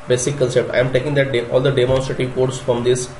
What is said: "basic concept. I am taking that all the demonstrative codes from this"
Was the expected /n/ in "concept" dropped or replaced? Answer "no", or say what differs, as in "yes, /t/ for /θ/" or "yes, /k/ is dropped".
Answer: yes, /l/ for /n/